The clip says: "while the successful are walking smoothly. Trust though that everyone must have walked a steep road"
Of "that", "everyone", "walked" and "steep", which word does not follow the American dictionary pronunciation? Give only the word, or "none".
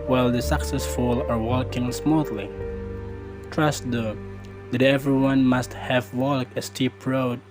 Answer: walked